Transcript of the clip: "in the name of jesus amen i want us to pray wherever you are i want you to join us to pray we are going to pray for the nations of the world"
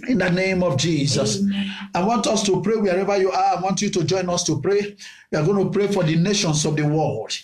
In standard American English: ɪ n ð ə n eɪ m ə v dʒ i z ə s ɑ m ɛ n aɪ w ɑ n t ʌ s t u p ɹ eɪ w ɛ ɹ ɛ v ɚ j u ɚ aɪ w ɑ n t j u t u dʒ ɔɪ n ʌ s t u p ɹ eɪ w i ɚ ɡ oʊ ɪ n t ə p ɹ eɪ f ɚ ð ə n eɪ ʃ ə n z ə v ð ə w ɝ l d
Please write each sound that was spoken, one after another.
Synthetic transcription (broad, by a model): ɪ n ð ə n eɪ m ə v dʒ i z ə s ɑ ɪ w ɑ n t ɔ s t u p ɹ eɪ w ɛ ɹ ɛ v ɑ j u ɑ aɪ w ɑ n t j u t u dʒ ɔɪ n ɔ s t u p ɹ eɪ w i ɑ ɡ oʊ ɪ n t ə p ɹ eɪ f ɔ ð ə n eɪ ʃ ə n s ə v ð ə w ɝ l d